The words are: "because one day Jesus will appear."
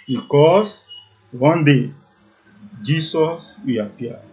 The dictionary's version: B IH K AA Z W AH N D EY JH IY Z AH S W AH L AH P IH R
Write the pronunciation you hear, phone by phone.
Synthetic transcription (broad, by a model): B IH K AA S W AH N D EY JH IY S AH S W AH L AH P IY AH